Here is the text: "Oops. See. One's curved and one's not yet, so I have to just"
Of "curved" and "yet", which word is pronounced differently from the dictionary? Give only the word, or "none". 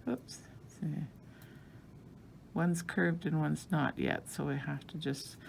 none